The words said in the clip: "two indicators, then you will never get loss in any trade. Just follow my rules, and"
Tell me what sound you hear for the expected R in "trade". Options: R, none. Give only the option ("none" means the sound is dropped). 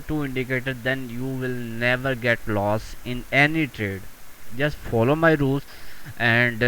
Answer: R